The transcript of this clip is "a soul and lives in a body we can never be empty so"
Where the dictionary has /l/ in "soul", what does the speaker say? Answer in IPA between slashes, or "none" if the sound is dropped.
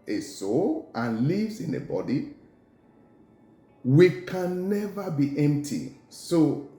/l/